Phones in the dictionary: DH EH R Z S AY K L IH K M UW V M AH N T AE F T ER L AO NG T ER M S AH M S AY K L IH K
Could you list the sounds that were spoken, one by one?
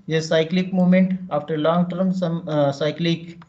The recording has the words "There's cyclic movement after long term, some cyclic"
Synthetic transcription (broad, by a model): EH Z S AY K L IH K M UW M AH N T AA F T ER L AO NG T ER M S AH M S AY K L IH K